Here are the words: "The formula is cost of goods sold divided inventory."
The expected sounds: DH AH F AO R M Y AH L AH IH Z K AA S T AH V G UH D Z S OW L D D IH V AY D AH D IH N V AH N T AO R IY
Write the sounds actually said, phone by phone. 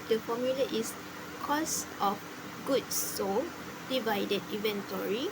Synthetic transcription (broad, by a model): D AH F AO M Y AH L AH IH S K AA S T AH F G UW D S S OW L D D IH V AY D AH D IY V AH N T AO R IY